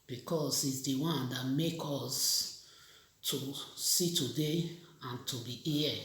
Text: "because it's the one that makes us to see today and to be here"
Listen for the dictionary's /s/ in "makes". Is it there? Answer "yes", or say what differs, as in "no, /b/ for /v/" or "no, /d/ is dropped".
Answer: no, /s/ is dropped